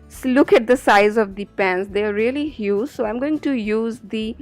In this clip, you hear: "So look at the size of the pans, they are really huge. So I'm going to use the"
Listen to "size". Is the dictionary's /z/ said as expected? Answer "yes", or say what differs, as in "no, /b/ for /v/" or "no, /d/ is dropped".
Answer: yes